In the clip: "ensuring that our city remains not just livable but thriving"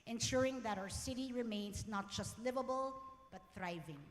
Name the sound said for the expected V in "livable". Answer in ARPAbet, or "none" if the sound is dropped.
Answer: V